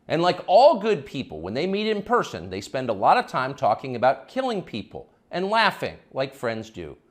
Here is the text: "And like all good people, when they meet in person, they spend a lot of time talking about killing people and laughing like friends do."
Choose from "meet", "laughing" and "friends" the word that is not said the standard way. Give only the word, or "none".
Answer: none